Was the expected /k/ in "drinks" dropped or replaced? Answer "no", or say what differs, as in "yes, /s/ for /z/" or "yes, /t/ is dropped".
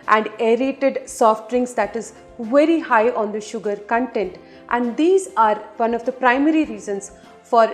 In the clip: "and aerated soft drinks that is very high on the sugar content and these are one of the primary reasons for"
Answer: yes, /k/ is dropped